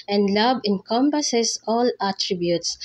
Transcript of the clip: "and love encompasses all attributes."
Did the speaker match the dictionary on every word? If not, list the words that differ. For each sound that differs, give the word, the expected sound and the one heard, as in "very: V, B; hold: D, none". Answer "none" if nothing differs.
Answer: love: V, B; encompasses: Z, S